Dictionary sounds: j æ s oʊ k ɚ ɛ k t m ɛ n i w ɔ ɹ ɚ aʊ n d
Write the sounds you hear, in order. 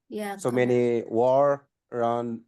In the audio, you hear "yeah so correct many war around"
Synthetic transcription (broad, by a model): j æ s oʊ m ɛ n i w ɔ ɹ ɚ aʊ n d